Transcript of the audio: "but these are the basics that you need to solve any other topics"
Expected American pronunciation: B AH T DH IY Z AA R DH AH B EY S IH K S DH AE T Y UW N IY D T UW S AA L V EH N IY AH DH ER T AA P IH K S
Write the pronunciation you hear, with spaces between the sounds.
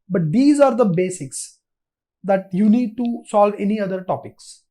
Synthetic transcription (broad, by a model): B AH T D IY Z AA R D AH B EY S IH K S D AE T Y UW N IY D T UW S AA L V EH N IY AH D ER T AA P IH K S